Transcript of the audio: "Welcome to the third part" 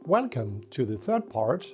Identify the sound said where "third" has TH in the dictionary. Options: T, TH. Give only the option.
TH